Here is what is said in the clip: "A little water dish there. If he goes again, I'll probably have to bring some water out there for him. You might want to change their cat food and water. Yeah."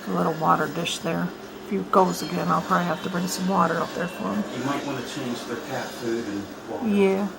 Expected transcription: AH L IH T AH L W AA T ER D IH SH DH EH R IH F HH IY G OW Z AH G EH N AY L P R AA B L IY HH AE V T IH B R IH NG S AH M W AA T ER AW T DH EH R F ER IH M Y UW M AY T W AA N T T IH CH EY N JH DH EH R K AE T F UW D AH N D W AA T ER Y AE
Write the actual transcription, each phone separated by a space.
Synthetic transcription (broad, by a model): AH L IH T L W AA T ER D IH SH DH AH R IH F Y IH G OW Z AH G EH N AY L P R AA B L IY HH AE F T IH B R IH NG S AH M W AA T ER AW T DH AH R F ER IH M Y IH M AY T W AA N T T IH CH EY N JH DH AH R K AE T F UW D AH N Y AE